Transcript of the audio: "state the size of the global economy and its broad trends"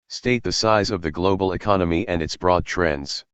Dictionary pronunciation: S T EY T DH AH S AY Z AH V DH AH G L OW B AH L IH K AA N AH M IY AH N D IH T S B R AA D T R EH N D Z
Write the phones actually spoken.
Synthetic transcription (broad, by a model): S T EY T DH AH S AY Z AH V DH AH G L OW B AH L IH K AA N AH M IY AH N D IH T S B R AA D T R EH N D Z